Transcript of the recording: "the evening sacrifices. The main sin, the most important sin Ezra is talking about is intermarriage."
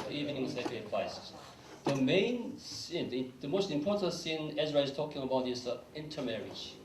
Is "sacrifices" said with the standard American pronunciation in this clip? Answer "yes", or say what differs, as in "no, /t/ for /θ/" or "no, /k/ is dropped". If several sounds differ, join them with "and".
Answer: no, /ɹ/ is dropped and /p/ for /f/